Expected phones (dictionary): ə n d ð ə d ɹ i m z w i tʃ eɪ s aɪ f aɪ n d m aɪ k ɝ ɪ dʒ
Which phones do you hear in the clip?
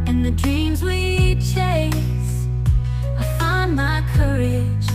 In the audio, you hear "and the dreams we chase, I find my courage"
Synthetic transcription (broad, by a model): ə n ð ə d ɹ i m z w i tʃ eɪ s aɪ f aɪ n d m aɪ k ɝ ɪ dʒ